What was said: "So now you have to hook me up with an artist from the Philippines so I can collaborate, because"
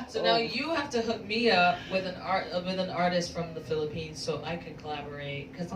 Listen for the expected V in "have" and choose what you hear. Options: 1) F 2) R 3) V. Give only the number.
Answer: 1